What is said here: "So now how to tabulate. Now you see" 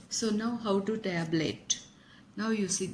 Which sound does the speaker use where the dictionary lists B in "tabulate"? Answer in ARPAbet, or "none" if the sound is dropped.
none